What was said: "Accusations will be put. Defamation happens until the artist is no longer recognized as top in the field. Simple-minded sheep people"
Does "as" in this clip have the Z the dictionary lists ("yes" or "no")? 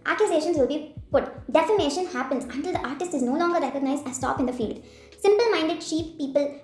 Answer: no